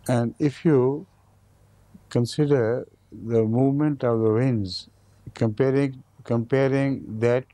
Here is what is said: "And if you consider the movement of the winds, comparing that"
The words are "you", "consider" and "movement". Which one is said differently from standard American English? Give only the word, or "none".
none